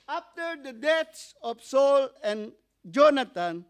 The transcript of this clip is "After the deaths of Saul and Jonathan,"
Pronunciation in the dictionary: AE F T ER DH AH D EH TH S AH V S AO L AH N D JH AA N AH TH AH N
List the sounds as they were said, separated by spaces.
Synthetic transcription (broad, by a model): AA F T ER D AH D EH T S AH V S AO L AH N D JH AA N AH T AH N